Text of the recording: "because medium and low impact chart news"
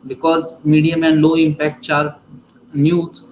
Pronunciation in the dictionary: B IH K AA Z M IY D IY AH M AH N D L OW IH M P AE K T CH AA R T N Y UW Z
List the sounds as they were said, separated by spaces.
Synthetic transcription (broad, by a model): B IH K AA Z M IY D IY AH M AH N D L OW IH M P AE K T S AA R T N Y UW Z